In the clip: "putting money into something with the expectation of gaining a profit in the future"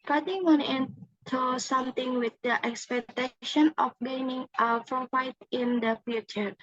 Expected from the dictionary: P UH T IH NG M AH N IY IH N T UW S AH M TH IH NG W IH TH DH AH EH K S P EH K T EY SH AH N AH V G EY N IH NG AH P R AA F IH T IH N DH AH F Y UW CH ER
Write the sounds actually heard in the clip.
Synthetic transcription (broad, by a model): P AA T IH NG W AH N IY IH N T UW S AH M T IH NG W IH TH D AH EH K S P EH K T EY SH AH N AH F G EY N IH NG AH F R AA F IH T IH N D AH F Y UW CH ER